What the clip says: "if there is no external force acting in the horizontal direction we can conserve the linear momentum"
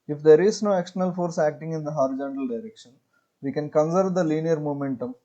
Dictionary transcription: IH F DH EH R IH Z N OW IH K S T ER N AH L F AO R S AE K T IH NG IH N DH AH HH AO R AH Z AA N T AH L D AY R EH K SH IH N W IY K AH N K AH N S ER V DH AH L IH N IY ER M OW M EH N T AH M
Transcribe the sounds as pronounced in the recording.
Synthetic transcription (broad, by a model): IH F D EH R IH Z N OW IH K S T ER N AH L F AO R S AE K T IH NG IH N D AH HH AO R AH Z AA N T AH L D AY R EH K SH IH N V IY K AH N K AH N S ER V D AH L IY N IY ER M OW M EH N T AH M